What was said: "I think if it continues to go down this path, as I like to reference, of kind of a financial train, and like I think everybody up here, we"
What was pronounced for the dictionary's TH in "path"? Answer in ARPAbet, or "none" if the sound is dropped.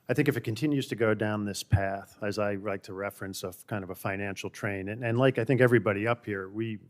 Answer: TH